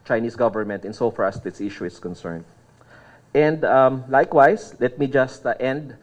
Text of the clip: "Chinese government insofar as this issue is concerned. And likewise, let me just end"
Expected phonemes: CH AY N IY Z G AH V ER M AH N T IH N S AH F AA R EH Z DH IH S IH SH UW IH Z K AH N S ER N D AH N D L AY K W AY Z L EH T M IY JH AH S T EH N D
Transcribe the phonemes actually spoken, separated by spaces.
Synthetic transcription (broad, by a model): CH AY N IY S G AH V ER M AH N T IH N S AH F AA R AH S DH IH S IH SH UW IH S K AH N S ER N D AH N D L AY K W AY S L EH T M IY JH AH S T EH N D